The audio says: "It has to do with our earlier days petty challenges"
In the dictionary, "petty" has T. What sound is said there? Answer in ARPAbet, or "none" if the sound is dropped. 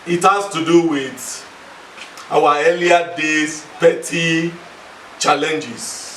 T